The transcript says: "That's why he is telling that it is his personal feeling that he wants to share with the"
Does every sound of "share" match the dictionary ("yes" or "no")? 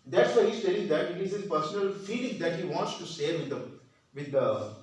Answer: no